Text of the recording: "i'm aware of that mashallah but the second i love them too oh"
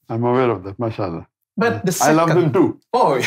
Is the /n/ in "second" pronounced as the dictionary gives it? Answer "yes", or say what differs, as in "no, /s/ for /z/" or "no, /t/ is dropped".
no, /n/ is dropped